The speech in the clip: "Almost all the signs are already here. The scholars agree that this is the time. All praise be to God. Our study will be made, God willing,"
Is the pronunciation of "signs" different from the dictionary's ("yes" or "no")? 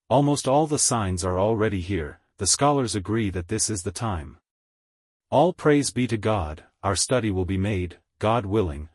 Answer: no